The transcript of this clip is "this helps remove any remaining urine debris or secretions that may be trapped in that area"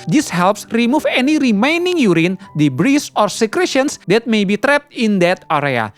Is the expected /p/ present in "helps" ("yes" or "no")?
yes